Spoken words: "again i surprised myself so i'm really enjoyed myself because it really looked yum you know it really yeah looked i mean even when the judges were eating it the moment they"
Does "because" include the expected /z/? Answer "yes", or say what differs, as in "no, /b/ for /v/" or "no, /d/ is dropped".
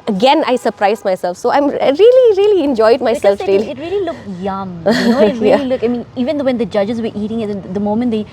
no, /z/ is dropped